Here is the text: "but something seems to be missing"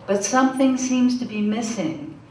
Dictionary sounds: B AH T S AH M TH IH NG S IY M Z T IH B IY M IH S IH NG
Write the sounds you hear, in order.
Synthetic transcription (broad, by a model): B AH T S AH M TH IH NG S IY M Z T IH B IY M IH S IH NG